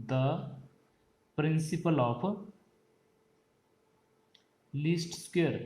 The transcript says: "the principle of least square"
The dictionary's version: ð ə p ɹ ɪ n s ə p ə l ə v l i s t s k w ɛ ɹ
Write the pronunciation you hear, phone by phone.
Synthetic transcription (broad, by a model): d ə p ɹ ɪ n s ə p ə l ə p l i s t s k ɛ ɹ